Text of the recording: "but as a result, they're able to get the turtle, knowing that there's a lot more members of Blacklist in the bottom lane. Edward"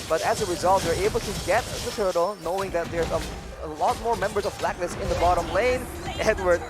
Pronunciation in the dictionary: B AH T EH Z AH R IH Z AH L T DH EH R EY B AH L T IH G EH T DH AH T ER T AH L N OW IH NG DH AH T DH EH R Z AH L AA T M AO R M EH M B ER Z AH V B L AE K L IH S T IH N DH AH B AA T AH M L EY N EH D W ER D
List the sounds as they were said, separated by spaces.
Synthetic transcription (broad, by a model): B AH T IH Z AH R IH Z AH L T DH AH R EY B L T IH G EH T DH AH T ER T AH L N OW IH NG DH AH T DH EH R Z AH L AA T M AO R M EH M B ER Z AH V B L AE K N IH S IH N DH AH B AA T AH M L EY N EH D W ER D